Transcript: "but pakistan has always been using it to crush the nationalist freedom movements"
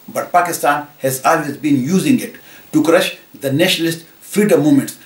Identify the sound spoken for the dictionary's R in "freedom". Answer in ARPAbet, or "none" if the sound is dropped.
none